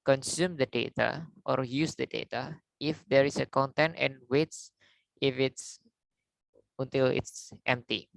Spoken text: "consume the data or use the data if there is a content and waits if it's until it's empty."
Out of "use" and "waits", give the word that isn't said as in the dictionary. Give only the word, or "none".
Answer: none